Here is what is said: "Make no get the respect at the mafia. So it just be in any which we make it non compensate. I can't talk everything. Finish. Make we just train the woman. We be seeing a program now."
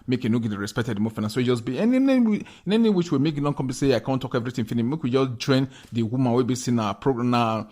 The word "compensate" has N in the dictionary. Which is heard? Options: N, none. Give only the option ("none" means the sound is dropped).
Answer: none